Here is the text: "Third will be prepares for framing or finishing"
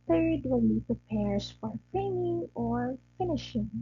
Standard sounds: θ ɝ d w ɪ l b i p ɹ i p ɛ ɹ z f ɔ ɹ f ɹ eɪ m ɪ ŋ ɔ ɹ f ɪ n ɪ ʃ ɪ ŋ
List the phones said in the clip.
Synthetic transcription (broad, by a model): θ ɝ d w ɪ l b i p ɹ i p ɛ ɹ s f ɔ ɹ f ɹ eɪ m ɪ ŋ ɔ ɹ f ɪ n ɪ ʃ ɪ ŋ